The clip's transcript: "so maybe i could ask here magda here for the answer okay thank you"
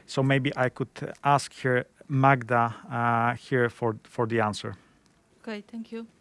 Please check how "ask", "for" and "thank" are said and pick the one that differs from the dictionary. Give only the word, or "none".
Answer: thank